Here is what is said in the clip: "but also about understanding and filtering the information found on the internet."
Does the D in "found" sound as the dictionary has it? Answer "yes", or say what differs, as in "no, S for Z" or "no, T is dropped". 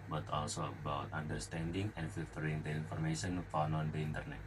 no, D is dropped